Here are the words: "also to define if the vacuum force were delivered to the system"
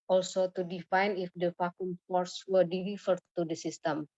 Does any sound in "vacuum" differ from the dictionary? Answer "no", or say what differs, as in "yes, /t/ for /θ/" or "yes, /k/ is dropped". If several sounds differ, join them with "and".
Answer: yes, /f/ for /v/